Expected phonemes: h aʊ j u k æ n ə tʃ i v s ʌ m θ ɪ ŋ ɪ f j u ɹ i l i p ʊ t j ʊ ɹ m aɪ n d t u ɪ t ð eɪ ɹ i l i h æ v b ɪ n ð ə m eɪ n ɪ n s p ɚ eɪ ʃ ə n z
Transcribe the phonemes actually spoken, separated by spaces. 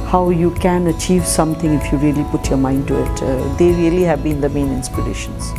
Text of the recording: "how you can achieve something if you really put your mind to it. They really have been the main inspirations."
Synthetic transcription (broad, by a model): h aʊ j u k æ n ə tʃ i v s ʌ m t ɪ ŋ ɪ f j u ɹ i l i p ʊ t j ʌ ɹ m aɪ n d t u ɪ t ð eɪ ɹ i l i h æ v b ɪ n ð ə m eɪ n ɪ n s p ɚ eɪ ʃ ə n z